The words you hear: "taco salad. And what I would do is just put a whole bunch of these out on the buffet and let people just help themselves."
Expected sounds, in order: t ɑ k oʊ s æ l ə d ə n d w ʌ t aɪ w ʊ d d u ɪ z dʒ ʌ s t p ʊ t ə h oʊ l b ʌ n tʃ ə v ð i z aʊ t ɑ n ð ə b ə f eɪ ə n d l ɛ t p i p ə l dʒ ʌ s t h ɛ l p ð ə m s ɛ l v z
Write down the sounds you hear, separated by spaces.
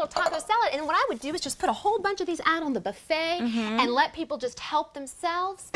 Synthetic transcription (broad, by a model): t ɑ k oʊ s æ l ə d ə n w ʌ t aɪ w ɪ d d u ɪ z dʒ ʌ s p ʊ t ə h oʊ l b ʌ n tʃ ə v ð i z aʊ t n ð ə b ə f eɪ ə n l ɛ t p i p l dʒ ʌ s t h ɛ l p ð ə m s ɛ l v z